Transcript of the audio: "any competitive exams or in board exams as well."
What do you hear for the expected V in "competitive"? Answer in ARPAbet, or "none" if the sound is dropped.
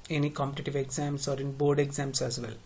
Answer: V